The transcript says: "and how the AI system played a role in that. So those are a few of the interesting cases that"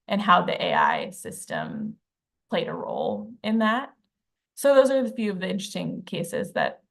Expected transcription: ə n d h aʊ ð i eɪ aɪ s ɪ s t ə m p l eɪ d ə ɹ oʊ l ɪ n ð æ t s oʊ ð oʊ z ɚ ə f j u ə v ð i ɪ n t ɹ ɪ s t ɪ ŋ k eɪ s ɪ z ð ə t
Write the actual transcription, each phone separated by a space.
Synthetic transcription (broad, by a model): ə n h aʊ ð i eɪ aɪ s ɪ s t ə m p l eɪ d ə ɹ oʊ l ɪ n ð æ t s oʊ ð oʊ z ɚ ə f j u ə v ð i ɪ n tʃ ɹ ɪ s t ɪ ŋ k eɪ s ɪ z ð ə t